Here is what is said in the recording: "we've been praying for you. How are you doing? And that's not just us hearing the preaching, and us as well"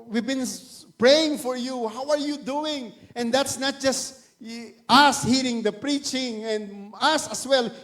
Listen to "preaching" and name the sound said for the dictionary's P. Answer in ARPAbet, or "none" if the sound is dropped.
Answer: P